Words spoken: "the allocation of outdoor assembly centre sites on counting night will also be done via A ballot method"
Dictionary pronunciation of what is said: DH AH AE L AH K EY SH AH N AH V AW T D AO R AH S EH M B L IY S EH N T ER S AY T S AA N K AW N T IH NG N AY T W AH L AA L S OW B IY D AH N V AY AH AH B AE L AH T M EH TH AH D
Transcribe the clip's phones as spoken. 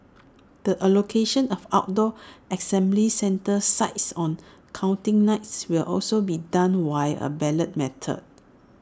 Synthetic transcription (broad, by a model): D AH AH L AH K EY SH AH N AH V AW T D AO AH S EH M B L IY S EH N T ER S AY T S AA N K AW N T IH NG N AY T W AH L AA L S OW B IY D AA N W AY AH AH B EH L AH T M EH T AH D